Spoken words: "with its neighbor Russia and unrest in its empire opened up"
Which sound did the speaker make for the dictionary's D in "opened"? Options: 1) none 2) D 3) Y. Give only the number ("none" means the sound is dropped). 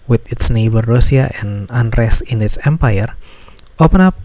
1